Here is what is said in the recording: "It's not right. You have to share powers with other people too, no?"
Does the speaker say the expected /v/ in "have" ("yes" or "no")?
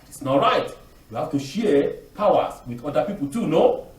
no